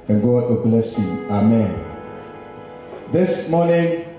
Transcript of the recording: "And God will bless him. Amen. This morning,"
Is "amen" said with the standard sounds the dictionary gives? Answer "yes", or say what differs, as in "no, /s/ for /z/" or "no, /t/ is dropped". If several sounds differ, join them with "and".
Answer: yes